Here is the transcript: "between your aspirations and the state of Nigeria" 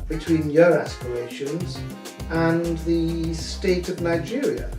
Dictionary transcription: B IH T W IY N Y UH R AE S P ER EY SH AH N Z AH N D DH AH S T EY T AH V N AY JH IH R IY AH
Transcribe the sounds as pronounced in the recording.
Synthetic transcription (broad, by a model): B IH T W IY N Y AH R AE S P ER EY SH AH N Z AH N DH AH S T EY T AH V N AY JH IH R IY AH